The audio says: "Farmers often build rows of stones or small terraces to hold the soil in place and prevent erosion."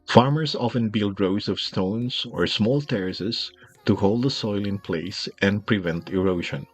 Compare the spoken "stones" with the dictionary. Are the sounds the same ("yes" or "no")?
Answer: no